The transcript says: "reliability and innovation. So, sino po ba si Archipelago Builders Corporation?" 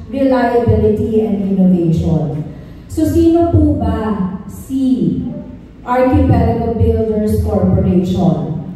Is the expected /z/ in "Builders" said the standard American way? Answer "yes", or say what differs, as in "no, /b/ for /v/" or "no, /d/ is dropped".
no, /s/ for /z/